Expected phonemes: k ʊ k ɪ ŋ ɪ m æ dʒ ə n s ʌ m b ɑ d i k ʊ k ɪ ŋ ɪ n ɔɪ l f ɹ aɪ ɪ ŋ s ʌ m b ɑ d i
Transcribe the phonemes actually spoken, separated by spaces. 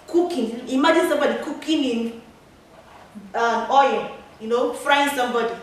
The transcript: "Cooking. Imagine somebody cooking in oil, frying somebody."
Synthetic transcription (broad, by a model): k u k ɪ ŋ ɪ m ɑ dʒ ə n s ʌ m b ɑ d i k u k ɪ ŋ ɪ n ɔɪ n f ɹ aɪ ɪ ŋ s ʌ m b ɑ d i